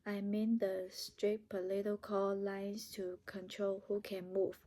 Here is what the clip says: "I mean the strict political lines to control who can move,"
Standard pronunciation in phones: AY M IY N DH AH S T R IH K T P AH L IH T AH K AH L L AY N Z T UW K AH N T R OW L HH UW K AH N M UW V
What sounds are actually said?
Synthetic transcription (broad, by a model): AY M IY N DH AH S T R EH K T P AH L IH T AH K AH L L AY N S T UW K AH N T R OW L HH UW K AH N M UW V